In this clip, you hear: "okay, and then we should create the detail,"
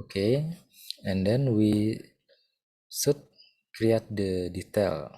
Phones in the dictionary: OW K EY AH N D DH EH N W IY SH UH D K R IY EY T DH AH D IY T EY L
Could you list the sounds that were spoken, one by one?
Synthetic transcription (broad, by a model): K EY AH N D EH N W IY S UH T K R IY EY T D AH D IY T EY L